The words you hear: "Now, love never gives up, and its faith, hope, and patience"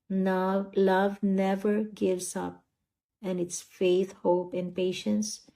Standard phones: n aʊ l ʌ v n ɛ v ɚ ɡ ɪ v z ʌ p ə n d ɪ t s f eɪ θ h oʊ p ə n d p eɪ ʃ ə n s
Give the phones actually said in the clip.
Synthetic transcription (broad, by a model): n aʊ l ʌ v n ɛ v ɚ ɡ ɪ v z ʌ p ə n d ɪ t s f eɪ θ h oʊ p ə n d p eɪ ʃ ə n s